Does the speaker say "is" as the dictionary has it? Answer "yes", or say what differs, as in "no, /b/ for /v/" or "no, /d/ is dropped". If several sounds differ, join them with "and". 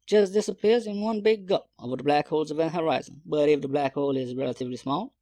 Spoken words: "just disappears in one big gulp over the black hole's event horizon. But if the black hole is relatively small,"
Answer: yes